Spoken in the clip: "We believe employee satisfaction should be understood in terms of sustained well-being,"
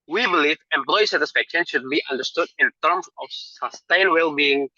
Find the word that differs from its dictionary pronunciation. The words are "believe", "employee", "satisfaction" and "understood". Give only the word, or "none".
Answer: none